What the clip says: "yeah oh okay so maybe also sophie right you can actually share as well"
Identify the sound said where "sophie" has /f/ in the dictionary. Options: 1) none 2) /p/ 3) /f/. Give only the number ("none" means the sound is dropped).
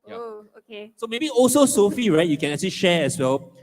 3